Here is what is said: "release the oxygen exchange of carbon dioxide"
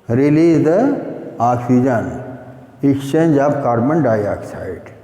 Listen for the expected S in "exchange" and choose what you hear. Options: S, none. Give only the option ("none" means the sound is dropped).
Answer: none